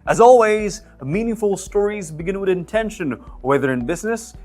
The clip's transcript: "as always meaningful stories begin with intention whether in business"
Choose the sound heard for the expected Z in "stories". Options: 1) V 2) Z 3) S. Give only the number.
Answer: 2